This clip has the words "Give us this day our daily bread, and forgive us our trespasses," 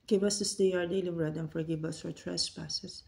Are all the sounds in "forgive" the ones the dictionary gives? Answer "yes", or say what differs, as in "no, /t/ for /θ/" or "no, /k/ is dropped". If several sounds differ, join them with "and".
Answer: no, /b/ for /v/